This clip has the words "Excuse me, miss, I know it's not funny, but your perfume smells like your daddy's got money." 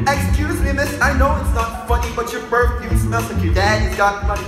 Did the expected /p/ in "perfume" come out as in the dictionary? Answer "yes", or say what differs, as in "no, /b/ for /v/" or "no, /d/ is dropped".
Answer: no, /b/ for /p/